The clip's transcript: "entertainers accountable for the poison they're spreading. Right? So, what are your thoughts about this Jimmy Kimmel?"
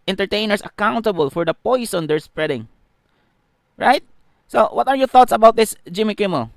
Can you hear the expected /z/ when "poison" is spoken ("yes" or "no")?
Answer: no